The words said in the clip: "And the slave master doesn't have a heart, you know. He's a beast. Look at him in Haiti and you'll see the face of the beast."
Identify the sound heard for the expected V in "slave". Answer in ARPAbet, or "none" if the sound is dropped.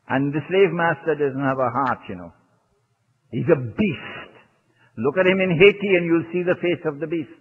V